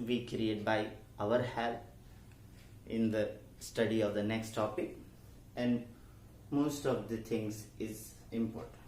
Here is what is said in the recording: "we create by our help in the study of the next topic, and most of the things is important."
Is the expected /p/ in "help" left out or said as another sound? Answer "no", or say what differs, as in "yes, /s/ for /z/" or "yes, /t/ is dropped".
yes, /p/ is dropped